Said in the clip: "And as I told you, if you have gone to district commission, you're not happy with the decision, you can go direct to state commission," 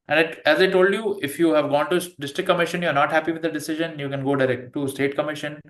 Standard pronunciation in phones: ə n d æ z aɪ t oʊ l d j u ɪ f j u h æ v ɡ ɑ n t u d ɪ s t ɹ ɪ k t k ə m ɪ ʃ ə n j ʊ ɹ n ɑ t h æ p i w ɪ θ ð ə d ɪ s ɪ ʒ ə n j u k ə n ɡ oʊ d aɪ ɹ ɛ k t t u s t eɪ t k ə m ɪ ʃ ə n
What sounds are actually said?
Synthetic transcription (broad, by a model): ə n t æ z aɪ t oʊ l d j u ɪ f j u h æ v ɡ ɑ n t u d ɪ s t ɹ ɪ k k ə m ɪ ʃ ə n j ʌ ɹ n ɑ t h æ p i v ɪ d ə d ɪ s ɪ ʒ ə n j u k ə n ɡ oʊ d aɪ ɹ ɛ k t t u s t eɪ t k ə m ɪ ʃ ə n